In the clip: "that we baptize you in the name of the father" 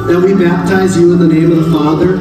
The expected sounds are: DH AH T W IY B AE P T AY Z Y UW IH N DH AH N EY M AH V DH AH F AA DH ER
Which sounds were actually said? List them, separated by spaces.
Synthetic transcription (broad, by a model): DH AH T W IY B AE P T AY Z Y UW IH N DH AH N EY M AH V DH AH F AA DH ER